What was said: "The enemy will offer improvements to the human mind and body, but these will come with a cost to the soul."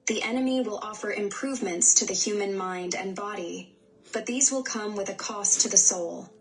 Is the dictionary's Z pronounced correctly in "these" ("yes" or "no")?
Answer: yes